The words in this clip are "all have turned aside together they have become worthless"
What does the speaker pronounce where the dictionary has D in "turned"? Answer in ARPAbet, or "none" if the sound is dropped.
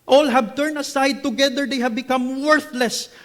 none